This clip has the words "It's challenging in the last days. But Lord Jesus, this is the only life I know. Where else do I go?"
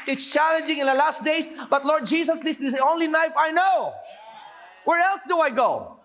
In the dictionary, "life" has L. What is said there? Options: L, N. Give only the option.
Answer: N